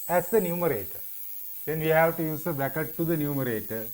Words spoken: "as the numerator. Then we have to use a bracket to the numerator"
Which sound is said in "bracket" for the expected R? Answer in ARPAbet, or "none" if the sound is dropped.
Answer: none